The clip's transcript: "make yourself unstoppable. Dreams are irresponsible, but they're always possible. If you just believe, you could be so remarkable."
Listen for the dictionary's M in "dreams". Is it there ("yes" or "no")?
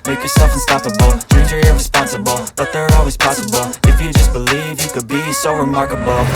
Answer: no